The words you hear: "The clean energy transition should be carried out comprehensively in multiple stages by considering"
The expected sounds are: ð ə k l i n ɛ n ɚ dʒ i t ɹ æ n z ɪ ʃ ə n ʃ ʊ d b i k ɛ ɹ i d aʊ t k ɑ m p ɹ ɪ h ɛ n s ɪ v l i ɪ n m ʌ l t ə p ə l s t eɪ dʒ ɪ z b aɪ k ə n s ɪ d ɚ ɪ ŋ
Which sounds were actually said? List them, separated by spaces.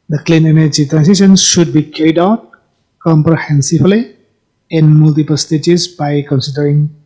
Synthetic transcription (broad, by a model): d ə k l i n ɛ n ɚ dʒ i t ɹ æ n s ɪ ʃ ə n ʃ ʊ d b i k ɛ ɹ i d aʊ t k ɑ m p ɹ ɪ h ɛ n s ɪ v l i ɪ n m ʌ l t ə p ə l s t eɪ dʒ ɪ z b aɪ k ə n s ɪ d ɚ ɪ ŋ